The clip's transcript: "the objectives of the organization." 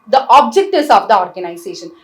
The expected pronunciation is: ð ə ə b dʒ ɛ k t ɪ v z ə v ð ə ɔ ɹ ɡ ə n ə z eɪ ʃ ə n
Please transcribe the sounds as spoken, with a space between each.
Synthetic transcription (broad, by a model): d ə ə b dʒ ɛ k t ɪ z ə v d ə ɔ ɹ ɡ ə n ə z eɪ ʃ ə n